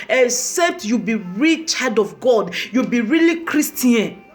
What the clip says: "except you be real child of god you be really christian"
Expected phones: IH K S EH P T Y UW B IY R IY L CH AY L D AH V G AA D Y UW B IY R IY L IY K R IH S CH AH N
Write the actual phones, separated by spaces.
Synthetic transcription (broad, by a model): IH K S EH P T Y UW B IY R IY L CH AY D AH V G AA D Y UW B IY R IY L IY K R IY S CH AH N